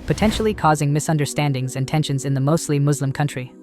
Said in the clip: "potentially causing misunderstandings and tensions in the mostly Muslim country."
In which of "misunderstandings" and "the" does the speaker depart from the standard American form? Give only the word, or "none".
none